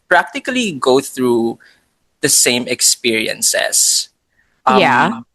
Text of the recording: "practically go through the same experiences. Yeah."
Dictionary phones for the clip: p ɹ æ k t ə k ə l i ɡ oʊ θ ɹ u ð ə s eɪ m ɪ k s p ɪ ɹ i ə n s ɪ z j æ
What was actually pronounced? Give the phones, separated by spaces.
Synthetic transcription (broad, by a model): p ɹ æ k t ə k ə l i ɡ oʊ θ ɹ u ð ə s eɪ m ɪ k s p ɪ ɹ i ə n s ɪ s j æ